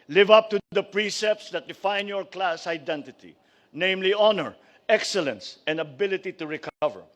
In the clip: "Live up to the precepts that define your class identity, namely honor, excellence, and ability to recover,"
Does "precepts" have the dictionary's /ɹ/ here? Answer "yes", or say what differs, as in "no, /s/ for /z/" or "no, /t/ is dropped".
yes